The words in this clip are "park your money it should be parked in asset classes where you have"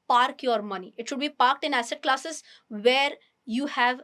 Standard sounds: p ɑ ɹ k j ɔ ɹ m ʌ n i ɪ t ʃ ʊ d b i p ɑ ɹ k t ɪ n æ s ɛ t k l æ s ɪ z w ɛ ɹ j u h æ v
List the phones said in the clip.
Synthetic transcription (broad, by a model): p ɑ ɹ k j ɔ ɹ m ʌ n i ɪ t ʃ ʊ d b i p ɑ ɹ k t ɪ n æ s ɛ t k l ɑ s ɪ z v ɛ ɹ j u h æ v